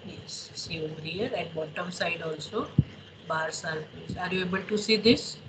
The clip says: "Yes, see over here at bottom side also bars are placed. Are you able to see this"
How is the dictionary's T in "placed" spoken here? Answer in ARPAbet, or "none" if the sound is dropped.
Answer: none